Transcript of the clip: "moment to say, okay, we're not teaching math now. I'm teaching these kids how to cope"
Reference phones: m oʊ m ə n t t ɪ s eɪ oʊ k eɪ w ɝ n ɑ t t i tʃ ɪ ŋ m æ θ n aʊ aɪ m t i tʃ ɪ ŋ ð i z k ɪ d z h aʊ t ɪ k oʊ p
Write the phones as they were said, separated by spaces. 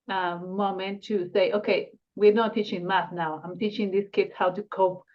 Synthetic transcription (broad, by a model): m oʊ m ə n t t ɪ s eɪ oʊ k eɪ w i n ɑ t t i tʃ ɪ ŋ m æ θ n aʊ aɪ m t i tʃ ɪ ŋ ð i s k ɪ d s h aʊ t ɪ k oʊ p